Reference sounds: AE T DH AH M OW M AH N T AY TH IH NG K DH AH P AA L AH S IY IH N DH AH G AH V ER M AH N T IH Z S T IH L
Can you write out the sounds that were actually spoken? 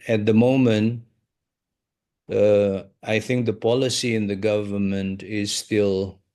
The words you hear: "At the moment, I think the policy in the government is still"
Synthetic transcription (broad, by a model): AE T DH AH M OW M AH N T AY TH IH NG K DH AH P AA L AH S IY IH N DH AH G AH V ER M AH N T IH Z S T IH L